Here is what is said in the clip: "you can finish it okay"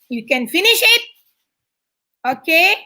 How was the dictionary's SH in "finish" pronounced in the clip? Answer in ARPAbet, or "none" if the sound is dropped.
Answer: SH